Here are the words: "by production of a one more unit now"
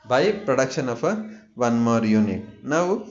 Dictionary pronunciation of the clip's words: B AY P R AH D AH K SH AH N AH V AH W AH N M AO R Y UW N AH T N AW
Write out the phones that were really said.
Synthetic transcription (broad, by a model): B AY P R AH D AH K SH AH N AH P AH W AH N M AO R Y UW N AH T N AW